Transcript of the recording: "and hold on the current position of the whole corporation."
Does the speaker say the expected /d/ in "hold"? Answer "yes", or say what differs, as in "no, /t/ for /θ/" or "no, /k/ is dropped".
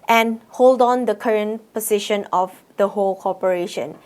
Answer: yes